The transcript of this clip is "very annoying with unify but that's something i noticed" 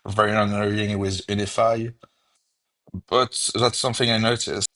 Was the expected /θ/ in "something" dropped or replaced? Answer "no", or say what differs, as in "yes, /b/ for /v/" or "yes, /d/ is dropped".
no